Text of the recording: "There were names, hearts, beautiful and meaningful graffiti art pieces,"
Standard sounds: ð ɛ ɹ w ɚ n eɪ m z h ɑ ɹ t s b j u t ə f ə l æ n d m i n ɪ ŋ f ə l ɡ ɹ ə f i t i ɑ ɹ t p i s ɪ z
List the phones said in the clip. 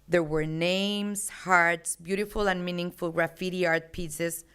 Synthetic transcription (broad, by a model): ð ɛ ɹ w ɚ n eɪ m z h ɑ ɹ t s b j u t ə f ə l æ n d m i n ɪ ŋ f ə l ɹ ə f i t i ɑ ɹ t p i s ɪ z